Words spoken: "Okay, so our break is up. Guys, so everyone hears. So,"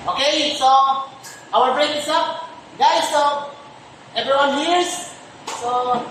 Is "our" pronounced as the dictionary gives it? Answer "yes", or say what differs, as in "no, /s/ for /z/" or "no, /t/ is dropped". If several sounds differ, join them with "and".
no, /l/ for /ɹ/